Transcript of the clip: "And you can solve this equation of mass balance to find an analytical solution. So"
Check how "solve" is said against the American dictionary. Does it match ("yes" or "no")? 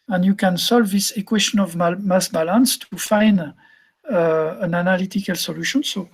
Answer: yes